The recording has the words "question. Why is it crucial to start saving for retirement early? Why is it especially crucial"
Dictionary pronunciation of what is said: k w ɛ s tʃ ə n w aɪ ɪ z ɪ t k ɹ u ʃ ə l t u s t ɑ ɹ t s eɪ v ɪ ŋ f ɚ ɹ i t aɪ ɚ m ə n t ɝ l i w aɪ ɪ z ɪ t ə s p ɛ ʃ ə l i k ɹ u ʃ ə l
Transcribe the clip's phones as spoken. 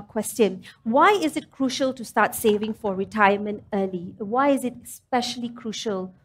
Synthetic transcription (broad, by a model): k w ɛ s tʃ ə n w aɪ ɪ z ɪ t k ɹ u ʃ ə l t u s t ɑ t s eɪ v ɪ ŋ f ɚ ɹ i t aɪ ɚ m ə n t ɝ l i w aɪ ɪ z ɪ t s p ɛ ʃ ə l i k ɹ u ʃ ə l